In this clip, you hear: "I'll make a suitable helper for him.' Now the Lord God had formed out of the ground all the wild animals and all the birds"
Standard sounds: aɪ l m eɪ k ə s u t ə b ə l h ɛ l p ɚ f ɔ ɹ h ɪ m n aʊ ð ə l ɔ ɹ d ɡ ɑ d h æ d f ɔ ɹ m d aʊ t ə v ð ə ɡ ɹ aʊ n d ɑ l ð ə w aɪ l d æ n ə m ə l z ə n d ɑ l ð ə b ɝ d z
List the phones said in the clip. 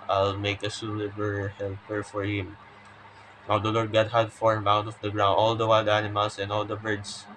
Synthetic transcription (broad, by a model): aɪ l m eɪ k ə s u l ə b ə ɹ h ɛ l p ɚ f ɔ ɹ h ɪ m n aʊ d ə l ɔ ɹ d ɡ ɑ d h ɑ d f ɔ ɹ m aʊ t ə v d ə ɡ ɹ aʊ n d ɑ l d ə w aɪ l d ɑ n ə m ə l s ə n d ɑ l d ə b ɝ d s